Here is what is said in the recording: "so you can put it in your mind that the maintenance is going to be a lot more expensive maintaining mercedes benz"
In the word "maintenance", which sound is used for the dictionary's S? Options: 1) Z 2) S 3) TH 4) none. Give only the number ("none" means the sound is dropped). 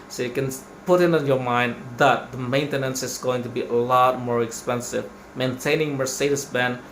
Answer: 2